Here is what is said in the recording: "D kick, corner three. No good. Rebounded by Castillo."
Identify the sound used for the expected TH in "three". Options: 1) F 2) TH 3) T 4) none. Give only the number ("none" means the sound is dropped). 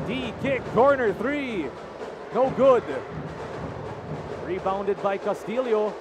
2